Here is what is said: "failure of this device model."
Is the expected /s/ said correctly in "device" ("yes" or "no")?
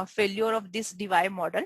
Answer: no